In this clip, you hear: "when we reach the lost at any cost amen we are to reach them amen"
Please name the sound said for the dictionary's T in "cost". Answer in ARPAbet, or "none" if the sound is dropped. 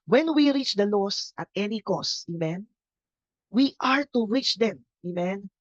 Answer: none